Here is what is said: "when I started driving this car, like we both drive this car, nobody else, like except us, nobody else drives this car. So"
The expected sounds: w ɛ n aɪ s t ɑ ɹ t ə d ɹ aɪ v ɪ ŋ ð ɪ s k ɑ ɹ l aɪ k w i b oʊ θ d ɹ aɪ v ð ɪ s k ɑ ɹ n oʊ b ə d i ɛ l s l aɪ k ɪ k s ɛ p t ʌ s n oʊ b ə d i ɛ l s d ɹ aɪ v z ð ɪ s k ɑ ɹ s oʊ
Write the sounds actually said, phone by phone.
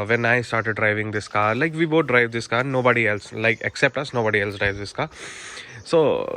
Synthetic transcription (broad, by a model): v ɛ n aɪ s t ɑ ɹ t ə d ɹ aɪ v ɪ ŋ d ɪ s k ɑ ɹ l aɪ k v i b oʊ t d ɹ aɪ v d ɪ s k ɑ n oʊ b ə d i ɛ l s l aɪ k ɪ k s ɛ p t ʌ s n oʊ b ə d i ɛ l s d ɹ aɪ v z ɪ s k ɑ s oʊ